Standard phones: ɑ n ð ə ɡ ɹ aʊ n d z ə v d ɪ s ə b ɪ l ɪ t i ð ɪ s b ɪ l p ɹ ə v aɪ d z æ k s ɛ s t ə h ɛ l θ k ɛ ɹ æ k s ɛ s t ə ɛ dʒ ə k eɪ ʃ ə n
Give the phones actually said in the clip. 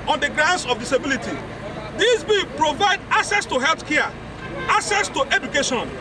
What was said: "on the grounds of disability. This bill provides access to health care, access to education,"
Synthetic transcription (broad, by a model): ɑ n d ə ɡ ɹ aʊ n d s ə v d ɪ s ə b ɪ l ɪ t i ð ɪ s b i p ɹ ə v aɪ d ɑ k s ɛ s t ə h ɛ l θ k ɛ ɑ k s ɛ s t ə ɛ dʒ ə k eɪ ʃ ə n